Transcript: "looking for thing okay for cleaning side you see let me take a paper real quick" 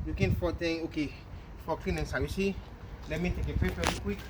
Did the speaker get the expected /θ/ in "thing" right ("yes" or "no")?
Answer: no